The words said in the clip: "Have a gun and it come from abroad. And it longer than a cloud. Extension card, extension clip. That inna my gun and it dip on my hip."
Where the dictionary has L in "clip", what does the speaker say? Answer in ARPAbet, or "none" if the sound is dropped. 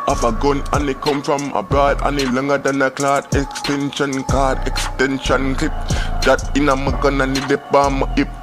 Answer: none